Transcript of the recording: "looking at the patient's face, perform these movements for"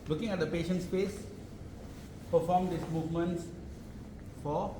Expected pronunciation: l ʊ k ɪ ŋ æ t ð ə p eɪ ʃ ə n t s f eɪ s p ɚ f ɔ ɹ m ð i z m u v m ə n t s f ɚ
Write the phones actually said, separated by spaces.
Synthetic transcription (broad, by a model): l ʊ k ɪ ŋ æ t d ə p eɪ ʃ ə n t s p eɪ s p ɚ f ɔ m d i s m u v m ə n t s f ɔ